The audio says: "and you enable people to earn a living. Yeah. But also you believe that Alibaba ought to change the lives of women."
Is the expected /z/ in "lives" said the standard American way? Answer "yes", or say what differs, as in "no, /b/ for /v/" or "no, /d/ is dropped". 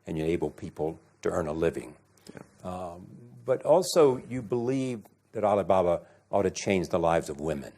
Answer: yes